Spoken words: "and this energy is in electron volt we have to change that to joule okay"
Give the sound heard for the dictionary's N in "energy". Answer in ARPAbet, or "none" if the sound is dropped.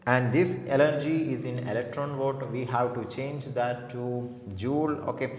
L